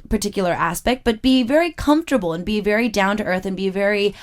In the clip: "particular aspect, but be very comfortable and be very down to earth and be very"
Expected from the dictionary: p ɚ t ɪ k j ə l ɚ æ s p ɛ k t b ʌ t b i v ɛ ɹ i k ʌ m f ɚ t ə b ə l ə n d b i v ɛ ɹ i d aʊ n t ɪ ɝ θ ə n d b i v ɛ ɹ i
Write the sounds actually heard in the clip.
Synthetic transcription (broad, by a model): p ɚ t ɪ k j l ɚ æ s p ɛ k t b ʌ t b i v ɛ ɹ i k ʌ m f t ə b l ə n b i v ɛ ɹ i d aʊ n t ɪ ɝ θ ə n b i v ɛ ɹ i